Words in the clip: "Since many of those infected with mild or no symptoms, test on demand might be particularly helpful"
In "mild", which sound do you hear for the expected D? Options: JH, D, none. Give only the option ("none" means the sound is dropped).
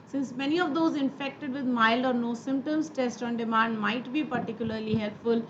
D